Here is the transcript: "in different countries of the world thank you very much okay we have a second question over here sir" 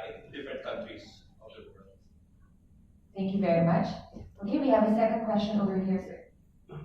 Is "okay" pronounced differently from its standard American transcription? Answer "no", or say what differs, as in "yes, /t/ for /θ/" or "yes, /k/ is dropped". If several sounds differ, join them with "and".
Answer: yes, /k/ is dropped